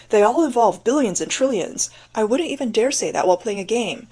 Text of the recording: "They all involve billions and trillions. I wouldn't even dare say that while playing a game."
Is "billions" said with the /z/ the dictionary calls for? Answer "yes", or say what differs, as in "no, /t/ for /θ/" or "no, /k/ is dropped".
yes